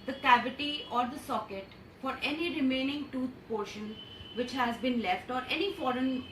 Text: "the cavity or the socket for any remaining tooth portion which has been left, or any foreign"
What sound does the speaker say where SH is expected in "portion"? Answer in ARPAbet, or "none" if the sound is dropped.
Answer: SH